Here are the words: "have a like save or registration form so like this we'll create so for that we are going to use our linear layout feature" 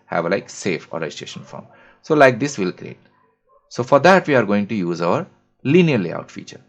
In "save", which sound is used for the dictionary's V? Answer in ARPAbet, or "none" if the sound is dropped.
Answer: F